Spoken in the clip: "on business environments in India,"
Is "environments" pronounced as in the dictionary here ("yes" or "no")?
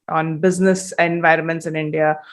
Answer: yes